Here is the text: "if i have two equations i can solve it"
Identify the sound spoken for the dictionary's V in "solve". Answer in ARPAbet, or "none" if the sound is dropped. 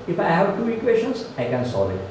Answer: none